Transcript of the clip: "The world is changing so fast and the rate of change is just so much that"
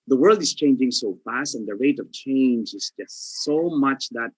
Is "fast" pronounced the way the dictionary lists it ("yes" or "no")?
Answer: yes